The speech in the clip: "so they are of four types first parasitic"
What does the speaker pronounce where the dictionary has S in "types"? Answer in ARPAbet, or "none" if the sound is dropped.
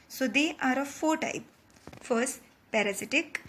none